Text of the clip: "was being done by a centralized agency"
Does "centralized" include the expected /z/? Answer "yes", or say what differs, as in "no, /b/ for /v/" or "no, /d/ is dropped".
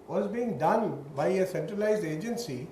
yes